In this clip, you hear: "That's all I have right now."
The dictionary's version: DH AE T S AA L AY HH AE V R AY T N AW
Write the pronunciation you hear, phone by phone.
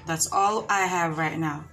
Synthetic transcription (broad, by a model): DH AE T S AA L AY HH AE V R AY T N AW